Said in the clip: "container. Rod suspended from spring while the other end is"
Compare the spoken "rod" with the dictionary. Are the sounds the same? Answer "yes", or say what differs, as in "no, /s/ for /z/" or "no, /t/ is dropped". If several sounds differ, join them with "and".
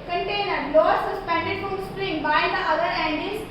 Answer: no, /l/ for /ɹ/